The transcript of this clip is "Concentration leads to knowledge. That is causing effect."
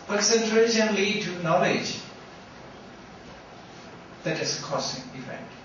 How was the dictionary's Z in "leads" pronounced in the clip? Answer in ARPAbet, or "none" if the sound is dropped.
none